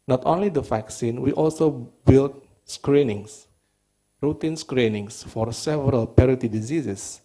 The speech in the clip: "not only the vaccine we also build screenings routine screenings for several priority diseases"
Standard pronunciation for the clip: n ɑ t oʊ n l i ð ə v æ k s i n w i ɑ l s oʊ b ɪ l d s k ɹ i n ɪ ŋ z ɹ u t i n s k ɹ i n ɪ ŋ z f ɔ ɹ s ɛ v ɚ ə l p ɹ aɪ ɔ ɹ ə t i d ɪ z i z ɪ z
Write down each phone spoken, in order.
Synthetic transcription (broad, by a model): n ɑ t oʊ n l i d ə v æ k s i n w i ɑ l s oʊ b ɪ l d s k ɹ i n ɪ ŋ s ɹ u t i n s k ɹ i n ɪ ŋ s f ɔ ɹ s ɛ v ɚ ə l p ɛ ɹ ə t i d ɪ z i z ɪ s